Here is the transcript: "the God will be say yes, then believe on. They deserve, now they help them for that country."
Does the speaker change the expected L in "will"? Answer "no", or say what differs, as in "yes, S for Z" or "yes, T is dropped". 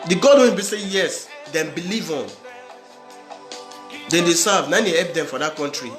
yes, N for L